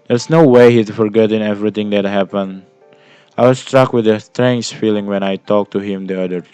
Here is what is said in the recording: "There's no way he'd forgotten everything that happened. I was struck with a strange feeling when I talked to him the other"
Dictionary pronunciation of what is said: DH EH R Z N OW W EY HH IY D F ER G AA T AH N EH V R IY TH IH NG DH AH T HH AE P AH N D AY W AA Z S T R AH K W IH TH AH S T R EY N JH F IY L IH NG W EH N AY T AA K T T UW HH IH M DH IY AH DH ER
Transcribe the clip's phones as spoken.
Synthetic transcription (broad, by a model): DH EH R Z N OW W EY HH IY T F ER G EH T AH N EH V R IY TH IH NG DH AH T HH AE P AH N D AY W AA S T R AH K W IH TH AH S T R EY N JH F IY L IH NG W EH N AY T AA K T T UW HH IH M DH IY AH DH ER